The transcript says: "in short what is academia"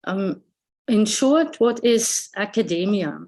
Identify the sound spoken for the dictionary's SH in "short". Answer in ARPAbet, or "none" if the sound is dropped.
SH